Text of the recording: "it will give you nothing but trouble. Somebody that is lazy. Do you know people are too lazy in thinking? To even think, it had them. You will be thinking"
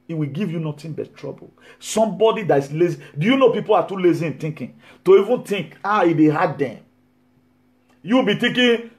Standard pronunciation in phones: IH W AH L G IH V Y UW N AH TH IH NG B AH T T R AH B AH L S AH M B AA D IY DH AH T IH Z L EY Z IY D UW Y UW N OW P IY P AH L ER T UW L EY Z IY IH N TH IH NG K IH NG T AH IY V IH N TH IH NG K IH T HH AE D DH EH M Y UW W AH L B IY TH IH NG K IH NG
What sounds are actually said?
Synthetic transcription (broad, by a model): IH W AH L G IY V Y UW N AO T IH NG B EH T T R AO B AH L S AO M B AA D IY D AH T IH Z L EY Z IY D UW Y UW N OW P IY P AH L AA T UW L EY Z IY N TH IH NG K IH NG T AH IY V IH N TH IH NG K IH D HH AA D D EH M Y UW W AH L B IY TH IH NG K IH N